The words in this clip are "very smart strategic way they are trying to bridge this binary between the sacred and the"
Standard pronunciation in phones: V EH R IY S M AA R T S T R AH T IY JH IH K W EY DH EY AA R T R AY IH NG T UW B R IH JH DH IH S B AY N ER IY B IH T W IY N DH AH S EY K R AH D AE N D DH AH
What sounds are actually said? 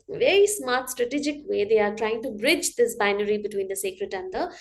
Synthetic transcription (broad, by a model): V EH R IY S M AA R T S T R AH T IY JH IH K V EY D EY AA R T R AY IH NG T UW B R IH JH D IH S B AY N ER IY B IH T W IY N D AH S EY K R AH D AE N D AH